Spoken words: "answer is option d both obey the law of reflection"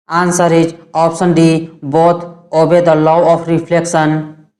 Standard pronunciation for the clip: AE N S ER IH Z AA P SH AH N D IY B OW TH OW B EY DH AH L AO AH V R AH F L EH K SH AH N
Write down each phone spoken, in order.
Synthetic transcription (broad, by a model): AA N S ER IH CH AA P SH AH N D IY B OW T OW B EY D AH L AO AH P R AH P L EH K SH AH N